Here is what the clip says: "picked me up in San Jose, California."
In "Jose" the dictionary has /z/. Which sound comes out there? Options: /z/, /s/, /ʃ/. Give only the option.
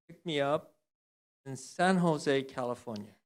/z/